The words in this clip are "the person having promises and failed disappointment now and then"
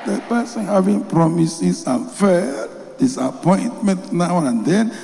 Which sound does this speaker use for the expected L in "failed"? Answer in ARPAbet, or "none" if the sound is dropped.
none